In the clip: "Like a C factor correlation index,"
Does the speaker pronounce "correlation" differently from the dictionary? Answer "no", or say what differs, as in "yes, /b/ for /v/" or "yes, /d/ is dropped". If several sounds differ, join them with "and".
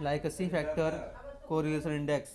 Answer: yes, /l/ is dropped and /s/ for /ʃ/